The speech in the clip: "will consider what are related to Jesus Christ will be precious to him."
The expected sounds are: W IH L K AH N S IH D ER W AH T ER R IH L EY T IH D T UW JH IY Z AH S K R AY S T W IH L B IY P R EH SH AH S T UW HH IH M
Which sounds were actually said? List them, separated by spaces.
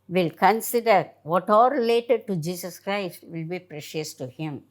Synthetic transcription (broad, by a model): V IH L K AH N S IH D ER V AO T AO R IH L EY T IH D T UW JH IY S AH S K R AY S T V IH L B IY P R EH SH AH S T UW HH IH M